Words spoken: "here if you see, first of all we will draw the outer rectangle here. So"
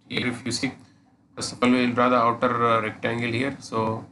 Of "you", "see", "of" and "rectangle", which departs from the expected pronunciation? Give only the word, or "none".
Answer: of